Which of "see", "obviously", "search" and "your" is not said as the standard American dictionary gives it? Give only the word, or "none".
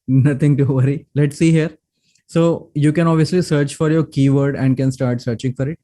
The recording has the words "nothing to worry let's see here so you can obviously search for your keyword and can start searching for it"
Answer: none